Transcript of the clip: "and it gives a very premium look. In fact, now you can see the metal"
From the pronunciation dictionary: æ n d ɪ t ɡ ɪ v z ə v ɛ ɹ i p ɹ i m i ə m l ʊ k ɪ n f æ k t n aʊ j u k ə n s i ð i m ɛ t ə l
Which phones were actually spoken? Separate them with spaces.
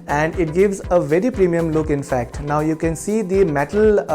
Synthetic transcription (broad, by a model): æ n d ɪ t ɡ ɪ v z ə v ɛ ɹ i p ɹ i m i ə m l ʊ k ɪ n f æ k t n aʊ j u k ə n s i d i m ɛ t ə l